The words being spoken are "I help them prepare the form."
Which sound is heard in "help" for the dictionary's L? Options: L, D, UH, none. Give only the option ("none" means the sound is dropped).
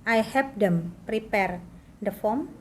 none